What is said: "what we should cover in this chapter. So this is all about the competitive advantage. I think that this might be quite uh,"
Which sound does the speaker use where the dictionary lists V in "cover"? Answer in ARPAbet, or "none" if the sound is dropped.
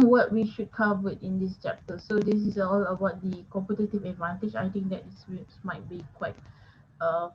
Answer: W